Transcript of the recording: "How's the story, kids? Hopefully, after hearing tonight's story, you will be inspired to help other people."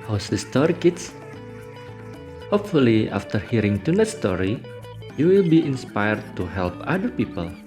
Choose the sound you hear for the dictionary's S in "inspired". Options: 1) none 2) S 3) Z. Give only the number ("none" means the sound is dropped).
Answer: 2